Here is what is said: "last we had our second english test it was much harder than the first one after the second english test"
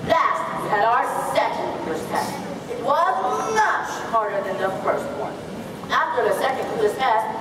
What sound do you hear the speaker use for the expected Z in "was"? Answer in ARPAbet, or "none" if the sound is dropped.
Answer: Z